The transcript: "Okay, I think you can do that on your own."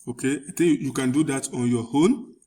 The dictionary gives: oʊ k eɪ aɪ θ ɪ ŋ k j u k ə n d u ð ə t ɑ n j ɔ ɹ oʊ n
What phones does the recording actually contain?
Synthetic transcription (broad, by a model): oʊ k eɪ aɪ t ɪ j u j u k ə n d u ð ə t ɑ n j ɔ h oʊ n